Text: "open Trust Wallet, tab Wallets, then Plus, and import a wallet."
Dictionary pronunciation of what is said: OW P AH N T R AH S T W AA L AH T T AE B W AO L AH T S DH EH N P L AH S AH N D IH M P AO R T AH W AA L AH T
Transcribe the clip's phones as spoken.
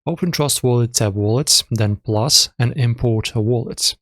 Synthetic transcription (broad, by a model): OW P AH N T R AH S T W AA L AH T S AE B W AO L AH T S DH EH N P L AH S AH N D IH M P AO R T AH W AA L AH T